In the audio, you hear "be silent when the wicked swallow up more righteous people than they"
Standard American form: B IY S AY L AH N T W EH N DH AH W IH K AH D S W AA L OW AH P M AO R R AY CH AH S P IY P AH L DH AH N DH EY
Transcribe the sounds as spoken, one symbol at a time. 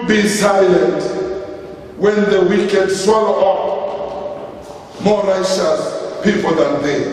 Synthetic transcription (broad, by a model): B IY S AY L AH N T W EH N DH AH W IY K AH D S W AA L OW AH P M AO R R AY SH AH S P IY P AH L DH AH N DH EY